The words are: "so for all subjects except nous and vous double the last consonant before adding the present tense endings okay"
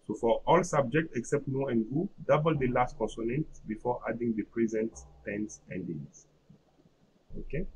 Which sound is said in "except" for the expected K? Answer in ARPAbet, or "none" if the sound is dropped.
K